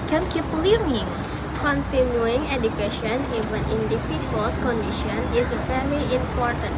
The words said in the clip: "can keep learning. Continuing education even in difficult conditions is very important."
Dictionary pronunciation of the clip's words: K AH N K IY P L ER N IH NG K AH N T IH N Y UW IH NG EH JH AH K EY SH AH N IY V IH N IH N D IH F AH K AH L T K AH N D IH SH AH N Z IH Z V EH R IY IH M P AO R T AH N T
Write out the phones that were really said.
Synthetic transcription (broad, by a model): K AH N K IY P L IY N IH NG K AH N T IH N Y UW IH NG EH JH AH K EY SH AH N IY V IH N IH N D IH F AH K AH L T K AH N D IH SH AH N IH Z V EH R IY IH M P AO R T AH N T